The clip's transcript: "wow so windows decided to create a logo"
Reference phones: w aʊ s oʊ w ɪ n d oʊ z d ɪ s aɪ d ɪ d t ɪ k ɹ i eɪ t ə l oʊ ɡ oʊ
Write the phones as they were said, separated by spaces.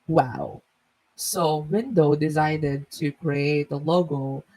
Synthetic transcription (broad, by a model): w aʊ s oʊ w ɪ n d oʊ d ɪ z aɪ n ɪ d t ɪ k ɹ i eɪ t ə l oʊ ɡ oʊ